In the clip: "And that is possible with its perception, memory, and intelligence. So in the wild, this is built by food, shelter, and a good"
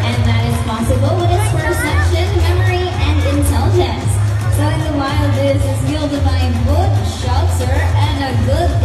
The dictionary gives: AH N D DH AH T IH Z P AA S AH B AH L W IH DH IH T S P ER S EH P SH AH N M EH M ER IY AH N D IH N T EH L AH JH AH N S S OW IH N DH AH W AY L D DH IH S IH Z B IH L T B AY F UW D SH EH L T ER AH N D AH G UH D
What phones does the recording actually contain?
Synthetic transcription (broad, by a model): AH N DH AH T IH Z P AA S AH B AH L W IH DH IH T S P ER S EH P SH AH N M EH M ER IY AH N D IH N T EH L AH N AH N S S OW IH N DH AH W AY L DH IH S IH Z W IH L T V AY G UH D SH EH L S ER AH N AH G UH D